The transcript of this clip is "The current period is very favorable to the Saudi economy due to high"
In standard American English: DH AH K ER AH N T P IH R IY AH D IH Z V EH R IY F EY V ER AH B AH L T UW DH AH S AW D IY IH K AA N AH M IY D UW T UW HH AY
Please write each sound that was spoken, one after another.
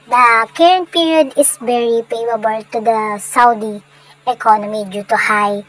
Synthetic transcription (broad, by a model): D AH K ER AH N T P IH R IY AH D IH S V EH R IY P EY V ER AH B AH L T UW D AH S AW D IY IH K AA N AH M IY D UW T UW HH AY